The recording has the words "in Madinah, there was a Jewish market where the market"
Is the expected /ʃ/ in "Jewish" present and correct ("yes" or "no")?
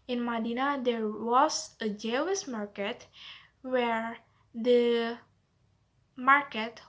no